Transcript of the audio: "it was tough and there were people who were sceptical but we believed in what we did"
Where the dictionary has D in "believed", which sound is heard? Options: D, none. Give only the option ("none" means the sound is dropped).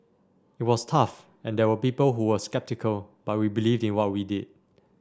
D